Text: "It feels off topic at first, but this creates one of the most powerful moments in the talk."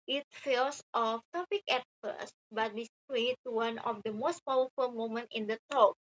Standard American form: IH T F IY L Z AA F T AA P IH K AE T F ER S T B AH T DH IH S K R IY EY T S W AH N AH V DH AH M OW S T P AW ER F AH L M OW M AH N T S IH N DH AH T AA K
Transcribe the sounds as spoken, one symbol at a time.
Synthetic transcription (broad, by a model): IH T F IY L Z AA F T AA P IH K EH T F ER S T B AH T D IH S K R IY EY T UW W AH N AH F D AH M OW S T P AW ER F AH L M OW M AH N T IH N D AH T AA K